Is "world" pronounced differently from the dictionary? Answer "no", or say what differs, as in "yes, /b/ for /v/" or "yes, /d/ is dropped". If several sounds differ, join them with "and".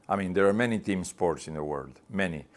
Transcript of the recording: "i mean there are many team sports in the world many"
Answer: no